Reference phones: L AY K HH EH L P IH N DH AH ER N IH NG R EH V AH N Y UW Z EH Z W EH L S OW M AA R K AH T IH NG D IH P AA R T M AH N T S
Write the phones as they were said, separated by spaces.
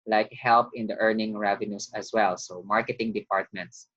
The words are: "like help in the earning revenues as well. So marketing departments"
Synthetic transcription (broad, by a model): L AY K HH EH L P IH N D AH ER N IH NG R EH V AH N Y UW S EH S W EH L S OW M AA R K AH T IH NG D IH P AA R T M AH N T S